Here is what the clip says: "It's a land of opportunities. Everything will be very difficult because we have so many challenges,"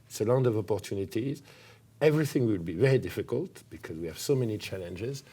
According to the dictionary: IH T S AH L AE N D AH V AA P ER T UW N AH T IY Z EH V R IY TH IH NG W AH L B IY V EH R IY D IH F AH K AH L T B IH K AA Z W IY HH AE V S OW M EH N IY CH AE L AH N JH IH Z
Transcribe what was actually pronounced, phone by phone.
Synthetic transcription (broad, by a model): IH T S AH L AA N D AH V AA P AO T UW N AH T IY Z EH V R IY TH IH NG W AH L B IY V EH R IY D IH F AH K AH L T B IH K AA Z W IY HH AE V S OW M EH N IY CH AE L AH N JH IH Z